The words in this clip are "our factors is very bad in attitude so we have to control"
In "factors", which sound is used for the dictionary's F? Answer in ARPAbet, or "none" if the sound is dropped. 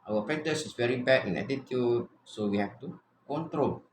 P